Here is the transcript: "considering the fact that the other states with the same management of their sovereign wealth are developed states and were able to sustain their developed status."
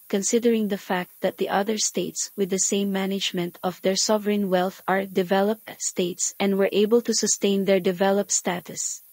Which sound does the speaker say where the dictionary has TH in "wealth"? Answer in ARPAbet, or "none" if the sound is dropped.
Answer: TH